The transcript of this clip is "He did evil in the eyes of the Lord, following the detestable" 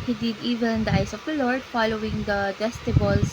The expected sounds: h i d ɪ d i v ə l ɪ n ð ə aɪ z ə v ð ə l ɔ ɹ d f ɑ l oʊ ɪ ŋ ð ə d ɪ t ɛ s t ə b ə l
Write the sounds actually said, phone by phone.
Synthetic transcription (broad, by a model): h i d ɪ d i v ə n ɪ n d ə aɪ s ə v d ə l ɔ ɹ d f ɑ l oʊ ɪ ŋ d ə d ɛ s t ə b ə l